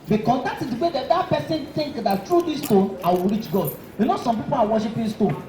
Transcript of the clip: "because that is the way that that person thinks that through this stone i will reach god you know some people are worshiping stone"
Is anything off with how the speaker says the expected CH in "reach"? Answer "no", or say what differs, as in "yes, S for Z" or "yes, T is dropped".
no